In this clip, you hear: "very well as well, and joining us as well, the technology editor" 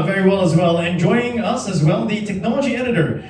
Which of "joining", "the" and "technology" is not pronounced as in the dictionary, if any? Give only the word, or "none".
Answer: joining